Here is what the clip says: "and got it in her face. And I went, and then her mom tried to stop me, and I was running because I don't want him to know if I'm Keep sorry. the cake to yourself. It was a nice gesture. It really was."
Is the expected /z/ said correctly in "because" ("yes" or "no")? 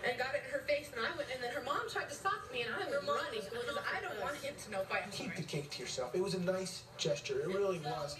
no